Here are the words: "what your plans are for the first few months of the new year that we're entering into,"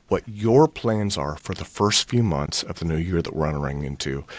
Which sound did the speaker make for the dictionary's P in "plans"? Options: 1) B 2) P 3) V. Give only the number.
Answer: 2